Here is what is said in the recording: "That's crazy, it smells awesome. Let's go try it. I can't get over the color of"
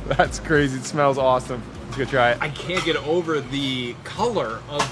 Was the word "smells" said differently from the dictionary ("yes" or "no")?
no